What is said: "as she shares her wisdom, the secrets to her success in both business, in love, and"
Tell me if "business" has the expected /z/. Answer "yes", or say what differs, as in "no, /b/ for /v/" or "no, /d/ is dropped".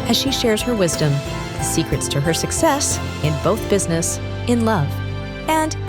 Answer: yes